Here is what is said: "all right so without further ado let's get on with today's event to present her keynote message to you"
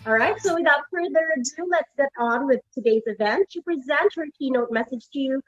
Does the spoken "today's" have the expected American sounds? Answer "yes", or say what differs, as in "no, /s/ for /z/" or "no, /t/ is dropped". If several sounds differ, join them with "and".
yes